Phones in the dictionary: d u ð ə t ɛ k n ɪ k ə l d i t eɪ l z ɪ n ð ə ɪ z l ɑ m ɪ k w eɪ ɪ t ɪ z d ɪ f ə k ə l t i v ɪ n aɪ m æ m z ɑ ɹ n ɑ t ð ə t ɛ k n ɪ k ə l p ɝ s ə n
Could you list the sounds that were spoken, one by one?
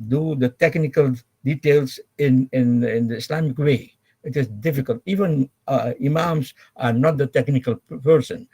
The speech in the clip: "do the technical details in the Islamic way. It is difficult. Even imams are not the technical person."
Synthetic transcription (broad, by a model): d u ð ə t ɛ k n ɪ k ə l d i t eɪ l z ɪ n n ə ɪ s l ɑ m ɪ k w eɪ ɪ t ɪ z d ɪ f ə k ə l t i v ɪ n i m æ m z ɑ ɹ n ɑ t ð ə t ɛ k n ɪ k ə l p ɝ s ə n